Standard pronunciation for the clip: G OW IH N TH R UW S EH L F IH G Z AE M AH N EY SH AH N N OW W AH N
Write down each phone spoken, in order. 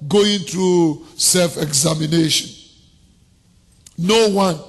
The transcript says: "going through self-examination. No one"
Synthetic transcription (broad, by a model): G OW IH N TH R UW S EH L F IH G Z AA M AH N EY SH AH N N OW W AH N